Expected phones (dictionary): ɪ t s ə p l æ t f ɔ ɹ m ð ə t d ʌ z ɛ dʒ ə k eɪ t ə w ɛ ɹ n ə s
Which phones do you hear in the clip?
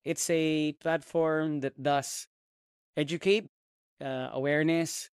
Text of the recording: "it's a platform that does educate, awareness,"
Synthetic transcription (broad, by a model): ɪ t s ə p l æ t f ɔ ɹ m ð ə t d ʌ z ɛ dʒ ə k eɪ t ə w ɛ ɹ n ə s